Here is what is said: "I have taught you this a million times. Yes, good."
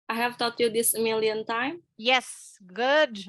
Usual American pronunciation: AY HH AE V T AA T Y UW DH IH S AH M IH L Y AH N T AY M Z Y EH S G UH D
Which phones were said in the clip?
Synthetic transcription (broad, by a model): AY HH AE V T AA T Y UW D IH S AH M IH L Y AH N T AY M Y EH S G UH D